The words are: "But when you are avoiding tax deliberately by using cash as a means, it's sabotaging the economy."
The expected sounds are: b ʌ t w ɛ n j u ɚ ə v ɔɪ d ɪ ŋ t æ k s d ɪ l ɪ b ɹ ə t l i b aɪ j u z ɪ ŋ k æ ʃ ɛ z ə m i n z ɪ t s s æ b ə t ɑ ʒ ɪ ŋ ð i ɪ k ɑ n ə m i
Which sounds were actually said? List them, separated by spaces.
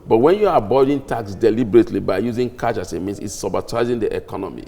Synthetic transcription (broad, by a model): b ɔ t w ɛ n j u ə b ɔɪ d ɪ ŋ t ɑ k s d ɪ l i b ɹ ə t l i b aɪ j u z ɪ ŋ k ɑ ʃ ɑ s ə m i n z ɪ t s s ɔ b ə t ɑ z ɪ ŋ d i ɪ k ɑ n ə m i